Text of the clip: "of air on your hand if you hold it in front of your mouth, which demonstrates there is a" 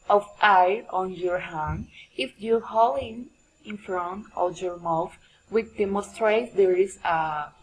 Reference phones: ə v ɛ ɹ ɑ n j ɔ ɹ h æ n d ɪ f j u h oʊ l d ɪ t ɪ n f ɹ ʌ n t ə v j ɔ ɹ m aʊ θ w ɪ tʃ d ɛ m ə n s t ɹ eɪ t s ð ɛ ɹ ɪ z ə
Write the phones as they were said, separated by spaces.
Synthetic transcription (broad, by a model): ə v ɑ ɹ ɑ n j ɔ ɹ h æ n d ɪ f j u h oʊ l ɪ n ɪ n f ɹ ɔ n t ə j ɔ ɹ m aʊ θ w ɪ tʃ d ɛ m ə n s t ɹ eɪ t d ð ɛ ɹ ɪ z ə